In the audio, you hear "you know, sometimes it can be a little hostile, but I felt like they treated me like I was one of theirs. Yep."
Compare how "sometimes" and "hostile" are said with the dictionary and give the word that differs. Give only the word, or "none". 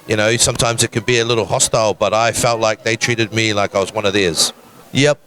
none